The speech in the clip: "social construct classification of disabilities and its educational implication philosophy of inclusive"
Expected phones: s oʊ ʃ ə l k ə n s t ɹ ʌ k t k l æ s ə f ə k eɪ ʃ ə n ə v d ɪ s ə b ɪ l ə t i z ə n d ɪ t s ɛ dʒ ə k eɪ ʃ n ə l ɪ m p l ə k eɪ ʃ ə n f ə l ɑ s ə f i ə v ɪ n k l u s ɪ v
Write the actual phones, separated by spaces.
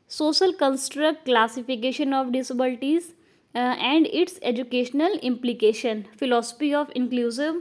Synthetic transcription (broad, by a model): s oʊ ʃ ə l k ə n s t ɹ ʌ k t k l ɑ s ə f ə k eɪ ʃ ə n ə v d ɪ s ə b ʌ l t i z ə n d ɪ t s ɛ dʒ ə k eɪ ʃ n ə l ɪ m p l ə k eɪ ʃ ə n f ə l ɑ s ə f i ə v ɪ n k l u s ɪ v